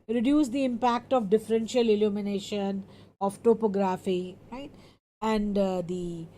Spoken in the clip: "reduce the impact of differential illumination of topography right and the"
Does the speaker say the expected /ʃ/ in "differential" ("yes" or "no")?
yes